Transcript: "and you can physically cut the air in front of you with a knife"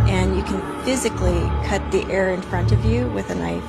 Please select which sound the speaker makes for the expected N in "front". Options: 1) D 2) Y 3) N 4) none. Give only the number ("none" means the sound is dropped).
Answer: 3